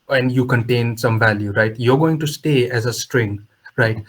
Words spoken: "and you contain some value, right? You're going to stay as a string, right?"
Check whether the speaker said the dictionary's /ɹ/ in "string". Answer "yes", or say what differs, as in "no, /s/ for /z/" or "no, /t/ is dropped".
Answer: yes